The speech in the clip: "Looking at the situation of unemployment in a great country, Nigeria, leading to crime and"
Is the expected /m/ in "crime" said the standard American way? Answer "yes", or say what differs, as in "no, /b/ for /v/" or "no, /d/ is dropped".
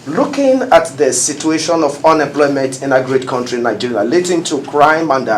yes